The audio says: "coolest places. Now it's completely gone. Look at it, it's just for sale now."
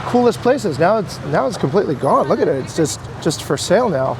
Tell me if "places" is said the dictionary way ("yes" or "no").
yes